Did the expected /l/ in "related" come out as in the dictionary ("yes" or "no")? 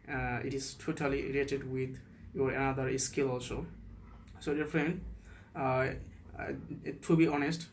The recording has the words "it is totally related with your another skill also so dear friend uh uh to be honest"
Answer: no